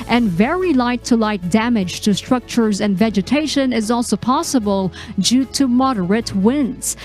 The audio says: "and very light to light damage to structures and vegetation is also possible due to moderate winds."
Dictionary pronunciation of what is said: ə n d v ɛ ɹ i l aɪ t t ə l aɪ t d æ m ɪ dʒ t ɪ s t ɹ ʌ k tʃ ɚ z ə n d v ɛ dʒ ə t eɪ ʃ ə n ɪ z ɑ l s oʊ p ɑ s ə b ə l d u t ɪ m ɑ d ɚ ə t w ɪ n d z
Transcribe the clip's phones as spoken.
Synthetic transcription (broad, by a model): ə n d v ɛ ɹ i l aɪ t t ə l aɪ t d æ m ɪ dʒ t ɪ s t ɹ ʌ k tʃ ɚ z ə n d v ɛ dʒ ə t eɪ ʃ ə n ɪ z ɑ l s oʊ p ɑ s ə b ə l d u t ɪ m ɑ d ɚ ə t w ɪ n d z